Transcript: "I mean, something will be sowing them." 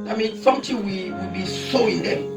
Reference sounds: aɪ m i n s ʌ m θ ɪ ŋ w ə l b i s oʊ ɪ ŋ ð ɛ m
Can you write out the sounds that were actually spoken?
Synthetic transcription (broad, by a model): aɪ m i n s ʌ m t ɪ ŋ w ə w b i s oʊ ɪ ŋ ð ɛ